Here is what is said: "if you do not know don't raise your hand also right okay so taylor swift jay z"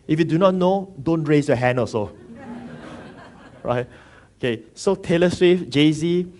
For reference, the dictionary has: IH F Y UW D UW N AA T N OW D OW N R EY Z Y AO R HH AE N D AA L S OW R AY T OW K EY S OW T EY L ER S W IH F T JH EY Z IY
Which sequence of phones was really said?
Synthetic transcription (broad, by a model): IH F Y UW D UW N AA T N OW D OW N R EY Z Y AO HH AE N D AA S OW R AY T OW K EY S OW T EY L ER S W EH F JH EY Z IY